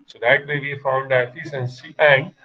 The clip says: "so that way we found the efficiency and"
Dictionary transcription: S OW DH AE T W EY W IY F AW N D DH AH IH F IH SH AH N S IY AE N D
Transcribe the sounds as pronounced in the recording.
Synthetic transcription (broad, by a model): S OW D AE T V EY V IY F AW N D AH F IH S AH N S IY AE N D